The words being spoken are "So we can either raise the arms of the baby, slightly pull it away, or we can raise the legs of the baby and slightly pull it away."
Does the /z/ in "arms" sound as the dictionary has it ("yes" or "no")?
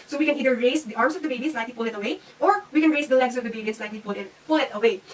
no